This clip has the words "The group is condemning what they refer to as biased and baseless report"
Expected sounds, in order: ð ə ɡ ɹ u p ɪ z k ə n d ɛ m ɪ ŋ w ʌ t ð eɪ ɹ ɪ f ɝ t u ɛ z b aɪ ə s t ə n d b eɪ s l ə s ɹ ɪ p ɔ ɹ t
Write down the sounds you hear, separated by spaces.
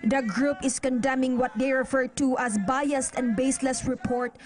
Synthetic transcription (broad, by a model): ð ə ɡ ɹ u p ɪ s k ə n d ɛ m ɪ ŋ w ʌ t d eɪ ɹ ɪ f ɝ t u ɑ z b aɪ ə s t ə n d b eɪ s l ə s ɹ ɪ p ɔ ɹ t